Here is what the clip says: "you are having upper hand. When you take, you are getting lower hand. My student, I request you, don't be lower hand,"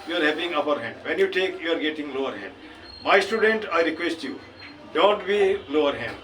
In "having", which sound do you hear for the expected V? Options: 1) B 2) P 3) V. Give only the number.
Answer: 2